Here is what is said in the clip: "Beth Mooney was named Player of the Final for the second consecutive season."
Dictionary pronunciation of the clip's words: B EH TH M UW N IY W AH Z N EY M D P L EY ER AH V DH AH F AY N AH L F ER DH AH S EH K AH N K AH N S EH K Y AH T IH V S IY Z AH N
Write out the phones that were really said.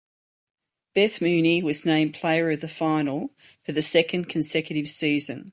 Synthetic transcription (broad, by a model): B EH TH M UW N IY W AH Z N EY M P L EY ER AH V DH AH F AY N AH L F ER DH AH S EH K AH N K AH N S EH K Y AH T IH V S IY Z AH N